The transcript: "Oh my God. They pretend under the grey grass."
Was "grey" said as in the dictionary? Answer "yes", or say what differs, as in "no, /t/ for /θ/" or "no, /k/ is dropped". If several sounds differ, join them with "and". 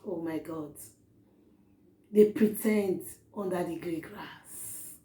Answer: yes